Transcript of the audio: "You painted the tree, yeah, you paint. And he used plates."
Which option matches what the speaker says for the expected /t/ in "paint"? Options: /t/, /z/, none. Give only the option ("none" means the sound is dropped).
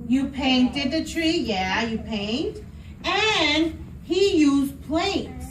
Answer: /t/